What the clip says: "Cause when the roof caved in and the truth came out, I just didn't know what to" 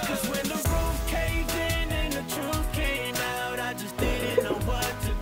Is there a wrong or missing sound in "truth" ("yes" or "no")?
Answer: yes